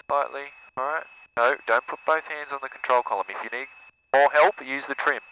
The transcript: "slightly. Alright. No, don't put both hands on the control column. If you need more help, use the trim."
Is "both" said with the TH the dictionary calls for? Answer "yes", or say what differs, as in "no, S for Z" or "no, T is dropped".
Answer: yes